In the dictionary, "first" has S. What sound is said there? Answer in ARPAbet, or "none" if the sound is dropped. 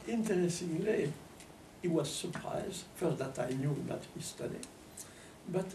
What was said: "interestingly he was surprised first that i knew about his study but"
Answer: none